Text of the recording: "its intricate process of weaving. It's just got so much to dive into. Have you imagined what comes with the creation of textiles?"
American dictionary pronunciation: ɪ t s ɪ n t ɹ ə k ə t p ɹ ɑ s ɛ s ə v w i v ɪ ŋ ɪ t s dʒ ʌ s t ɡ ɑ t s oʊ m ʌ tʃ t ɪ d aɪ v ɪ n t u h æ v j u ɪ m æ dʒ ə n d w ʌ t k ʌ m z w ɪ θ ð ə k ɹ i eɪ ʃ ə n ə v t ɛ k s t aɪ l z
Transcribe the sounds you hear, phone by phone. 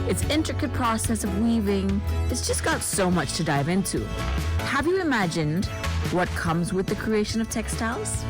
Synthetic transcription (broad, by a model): ɪ t s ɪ n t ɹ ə k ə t p ɹ ɑ s ɛ s ə v w i v ɪ ŋ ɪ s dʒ ʌ s ɡ ɑ t s oʊ m ʌ tʃ t ɪ d aɪ v ɪ n t u h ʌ v j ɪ ɪ m æ dʒ ə n d w ʌ t k ʌ m z w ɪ ð ə k ɹ i eɪ ʃ ə n ə v t ɛ k s t aɪ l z